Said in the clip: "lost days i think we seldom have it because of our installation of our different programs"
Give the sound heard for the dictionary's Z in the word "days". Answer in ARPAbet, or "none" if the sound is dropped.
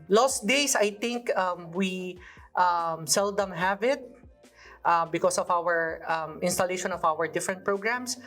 S